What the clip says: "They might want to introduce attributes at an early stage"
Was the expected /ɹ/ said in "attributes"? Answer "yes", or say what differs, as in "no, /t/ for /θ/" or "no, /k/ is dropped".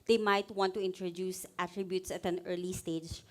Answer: yes